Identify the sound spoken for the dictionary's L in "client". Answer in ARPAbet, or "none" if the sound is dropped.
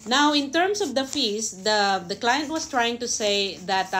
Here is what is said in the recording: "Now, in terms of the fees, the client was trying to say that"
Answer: L